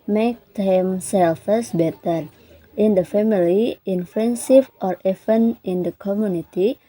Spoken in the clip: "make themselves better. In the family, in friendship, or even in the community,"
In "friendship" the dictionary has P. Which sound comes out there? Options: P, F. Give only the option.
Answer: F